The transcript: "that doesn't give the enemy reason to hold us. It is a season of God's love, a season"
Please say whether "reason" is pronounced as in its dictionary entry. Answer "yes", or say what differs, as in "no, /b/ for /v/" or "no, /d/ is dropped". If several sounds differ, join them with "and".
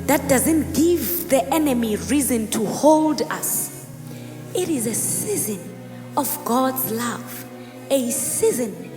yes